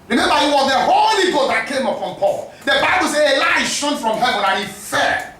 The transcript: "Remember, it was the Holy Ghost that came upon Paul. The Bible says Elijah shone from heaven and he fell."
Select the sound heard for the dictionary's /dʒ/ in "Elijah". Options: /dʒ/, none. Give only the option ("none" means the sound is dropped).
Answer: none